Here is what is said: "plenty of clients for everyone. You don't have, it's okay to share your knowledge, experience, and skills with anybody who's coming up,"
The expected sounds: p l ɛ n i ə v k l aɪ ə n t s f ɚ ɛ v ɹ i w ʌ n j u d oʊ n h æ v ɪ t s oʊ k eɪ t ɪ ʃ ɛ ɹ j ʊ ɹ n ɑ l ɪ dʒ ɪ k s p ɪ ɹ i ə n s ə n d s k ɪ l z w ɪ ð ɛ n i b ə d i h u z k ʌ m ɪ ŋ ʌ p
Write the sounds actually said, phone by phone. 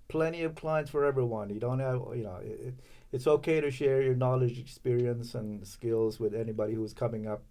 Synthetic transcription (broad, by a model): p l ɛ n i ə v k l aɪ ə n t s f ɚ ɛ v ɹ i w ʌ n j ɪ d oʊ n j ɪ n ɪ t s oʊ k eɪ t ɪ ʃ ɛ ɹ j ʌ ɹ n ɑ l ɪ dʒ ɪ k s p ɪ ɹ i ə n s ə n s k ɪ l z w ɪ ð ɛ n i b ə d i h u z k ʌ m ɪ ŋ ʌ p